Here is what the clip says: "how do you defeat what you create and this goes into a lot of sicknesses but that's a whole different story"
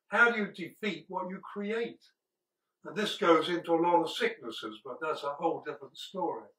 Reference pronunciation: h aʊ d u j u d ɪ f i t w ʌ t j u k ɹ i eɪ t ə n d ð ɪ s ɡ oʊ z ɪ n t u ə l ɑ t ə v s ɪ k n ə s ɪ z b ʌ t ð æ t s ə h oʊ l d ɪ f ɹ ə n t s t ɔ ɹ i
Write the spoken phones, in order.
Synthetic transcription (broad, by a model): h aʊ d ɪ j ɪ d ɪ f i t w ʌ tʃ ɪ k ɹ i eɪ t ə n ð ɪ s ɡ oʊ z ɪ n t u ə l ɑ t ə v s ɪ k n ə s ɪ z b ʌ t ð æ t s ə h oʊ l d ɪ f ɹ ə n t s t ɔ ɹ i